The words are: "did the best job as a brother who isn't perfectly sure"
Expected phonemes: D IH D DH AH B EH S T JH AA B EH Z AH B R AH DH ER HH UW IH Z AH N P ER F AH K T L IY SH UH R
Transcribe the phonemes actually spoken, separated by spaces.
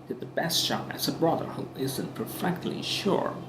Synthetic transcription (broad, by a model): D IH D DH AH B EH S T SH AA EH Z AH B R AH DH ER HH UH IH Z AH N P ER F AH K T L IY SH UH R